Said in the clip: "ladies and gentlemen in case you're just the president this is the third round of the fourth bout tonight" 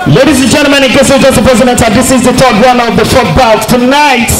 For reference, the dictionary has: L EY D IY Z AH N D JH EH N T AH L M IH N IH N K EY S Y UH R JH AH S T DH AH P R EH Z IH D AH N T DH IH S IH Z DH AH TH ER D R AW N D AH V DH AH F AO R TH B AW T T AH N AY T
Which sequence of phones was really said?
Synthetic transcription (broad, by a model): L EY D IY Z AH N JH EH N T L M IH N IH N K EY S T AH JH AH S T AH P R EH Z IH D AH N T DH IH S IH Z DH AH T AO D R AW N AH V DH AH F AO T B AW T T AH N AY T